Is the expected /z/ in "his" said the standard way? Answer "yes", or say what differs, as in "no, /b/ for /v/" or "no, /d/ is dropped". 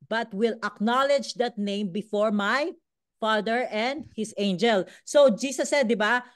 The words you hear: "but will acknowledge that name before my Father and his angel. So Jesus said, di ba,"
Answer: no, /s/ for /z/